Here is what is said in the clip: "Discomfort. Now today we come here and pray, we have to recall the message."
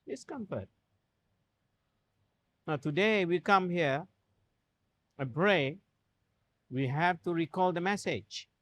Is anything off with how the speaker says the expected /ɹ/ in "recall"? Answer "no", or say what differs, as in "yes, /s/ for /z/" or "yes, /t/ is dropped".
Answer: no